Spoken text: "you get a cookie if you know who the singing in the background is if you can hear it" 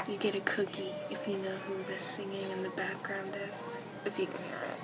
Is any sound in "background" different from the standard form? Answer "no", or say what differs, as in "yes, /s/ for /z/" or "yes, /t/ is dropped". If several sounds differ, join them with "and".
no